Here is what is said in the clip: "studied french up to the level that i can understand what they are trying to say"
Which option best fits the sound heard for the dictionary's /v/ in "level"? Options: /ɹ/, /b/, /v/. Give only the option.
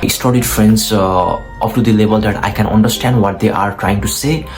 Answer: /b/